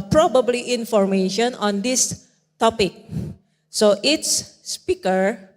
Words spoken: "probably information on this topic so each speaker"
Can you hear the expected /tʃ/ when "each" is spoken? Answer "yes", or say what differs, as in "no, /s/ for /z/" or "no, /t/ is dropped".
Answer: no, /s/ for /tʃ/